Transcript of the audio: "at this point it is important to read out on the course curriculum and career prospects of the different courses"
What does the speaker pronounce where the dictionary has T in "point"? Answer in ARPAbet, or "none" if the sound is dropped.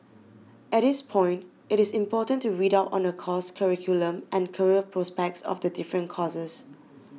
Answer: T